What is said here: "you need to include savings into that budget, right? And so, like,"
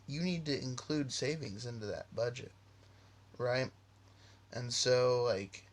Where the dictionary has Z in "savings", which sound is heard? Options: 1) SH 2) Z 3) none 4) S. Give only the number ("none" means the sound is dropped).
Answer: 2